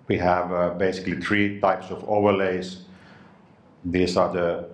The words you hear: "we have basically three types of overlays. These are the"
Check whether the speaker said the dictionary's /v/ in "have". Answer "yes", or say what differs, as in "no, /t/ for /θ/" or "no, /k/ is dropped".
yes